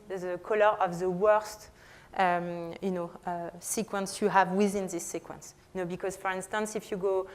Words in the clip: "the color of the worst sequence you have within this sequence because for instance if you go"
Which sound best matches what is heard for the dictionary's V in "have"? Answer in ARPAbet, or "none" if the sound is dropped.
V